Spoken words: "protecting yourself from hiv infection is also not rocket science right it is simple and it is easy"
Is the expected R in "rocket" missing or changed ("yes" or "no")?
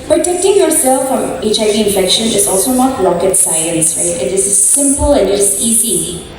yes